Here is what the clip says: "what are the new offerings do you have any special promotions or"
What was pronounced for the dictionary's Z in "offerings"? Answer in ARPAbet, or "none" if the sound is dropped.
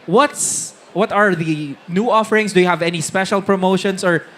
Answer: S